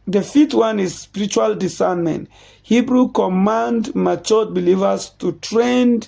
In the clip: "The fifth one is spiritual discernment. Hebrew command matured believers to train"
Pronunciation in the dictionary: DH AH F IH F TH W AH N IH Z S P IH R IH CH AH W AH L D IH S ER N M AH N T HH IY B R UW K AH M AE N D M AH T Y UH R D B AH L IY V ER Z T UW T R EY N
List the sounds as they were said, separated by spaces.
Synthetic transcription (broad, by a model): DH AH F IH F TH W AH N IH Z S P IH R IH CH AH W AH L D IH S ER N M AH N T HH IY B R UW K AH M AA N D M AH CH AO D B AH L IY V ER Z T UW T R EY N